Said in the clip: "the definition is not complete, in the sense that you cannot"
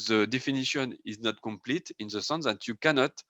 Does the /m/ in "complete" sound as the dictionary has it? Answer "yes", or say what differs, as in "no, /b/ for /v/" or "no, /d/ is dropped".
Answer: yes